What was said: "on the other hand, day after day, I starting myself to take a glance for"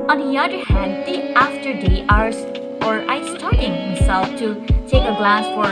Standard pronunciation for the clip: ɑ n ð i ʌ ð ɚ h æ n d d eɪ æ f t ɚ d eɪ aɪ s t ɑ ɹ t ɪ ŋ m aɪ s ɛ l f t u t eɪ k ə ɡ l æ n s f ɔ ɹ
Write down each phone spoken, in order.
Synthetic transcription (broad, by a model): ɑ n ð i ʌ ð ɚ h æ n d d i æ f t ɚ d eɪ aɪ s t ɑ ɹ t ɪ ŋ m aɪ s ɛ l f t u t eɪ k ə ɡ l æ s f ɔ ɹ